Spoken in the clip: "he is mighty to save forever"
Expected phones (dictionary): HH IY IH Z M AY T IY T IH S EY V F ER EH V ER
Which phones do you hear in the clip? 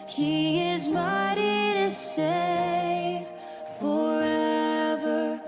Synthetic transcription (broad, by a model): HH IY IH Z M AY T IY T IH S EY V F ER EH V ER